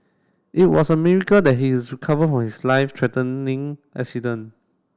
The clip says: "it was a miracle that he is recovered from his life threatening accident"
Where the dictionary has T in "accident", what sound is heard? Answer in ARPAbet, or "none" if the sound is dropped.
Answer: none